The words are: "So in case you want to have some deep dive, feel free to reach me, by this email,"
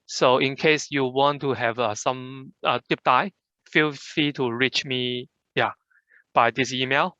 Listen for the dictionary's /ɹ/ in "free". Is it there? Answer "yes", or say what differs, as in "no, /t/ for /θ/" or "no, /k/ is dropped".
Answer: no, /ɹ/ is dropped